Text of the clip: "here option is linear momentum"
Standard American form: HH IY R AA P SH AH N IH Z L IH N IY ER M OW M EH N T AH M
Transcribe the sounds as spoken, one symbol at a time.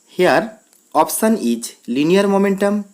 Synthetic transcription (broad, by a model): HH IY R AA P S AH N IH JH L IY N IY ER M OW M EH N T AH M